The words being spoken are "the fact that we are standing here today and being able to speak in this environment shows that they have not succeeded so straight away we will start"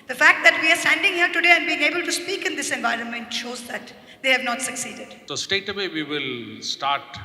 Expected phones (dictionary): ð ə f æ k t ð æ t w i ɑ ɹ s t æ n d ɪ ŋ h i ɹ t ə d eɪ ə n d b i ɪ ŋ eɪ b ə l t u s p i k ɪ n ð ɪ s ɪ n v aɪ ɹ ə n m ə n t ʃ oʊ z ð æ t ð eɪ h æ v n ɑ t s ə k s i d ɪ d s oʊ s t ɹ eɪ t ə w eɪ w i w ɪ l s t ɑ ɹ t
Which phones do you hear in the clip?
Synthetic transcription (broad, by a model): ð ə f æ k t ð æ t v i ɑ ɹ s t æ n d ɪ ŋ h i ɹ t ə d eɪ ə n d b i ɪ ŋ eɪ b ə l t u s p i k ɪ n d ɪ s ɪ n v aɪ ɹ ə n m ə n t ʃ oʊ z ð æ t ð eɪ h æ v n ɑ t s ə k s i d ɪ d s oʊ s t eɪ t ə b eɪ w i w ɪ l s t ɑ ɹ t